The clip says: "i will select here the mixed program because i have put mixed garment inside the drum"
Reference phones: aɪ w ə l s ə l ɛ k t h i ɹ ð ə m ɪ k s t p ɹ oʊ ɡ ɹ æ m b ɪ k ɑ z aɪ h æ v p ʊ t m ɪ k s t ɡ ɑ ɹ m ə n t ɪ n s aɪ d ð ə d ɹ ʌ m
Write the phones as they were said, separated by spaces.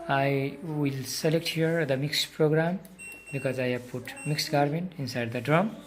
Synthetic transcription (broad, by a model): aɪ w ə l s ə l ɛ k t h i ɹ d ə m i k s p ɹ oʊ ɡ ɹ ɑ m b ɪ k ɑ z aɪ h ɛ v p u t m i k s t ɡ ɑ ɹ m ə n t ɪ n s aɪ d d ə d ɹ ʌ m